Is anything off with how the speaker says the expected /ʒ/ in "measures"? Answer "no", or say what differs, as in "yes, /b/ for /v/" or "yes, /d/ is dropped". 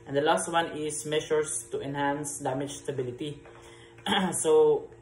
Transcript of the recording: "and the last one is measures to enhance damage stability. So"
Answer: yes, /ʃ/ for /ʒ/